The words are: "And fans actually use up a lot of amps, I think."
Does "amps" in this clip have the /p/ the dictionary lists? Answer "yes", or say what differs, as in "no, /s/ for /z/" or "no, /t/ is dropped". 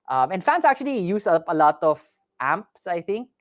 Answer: yes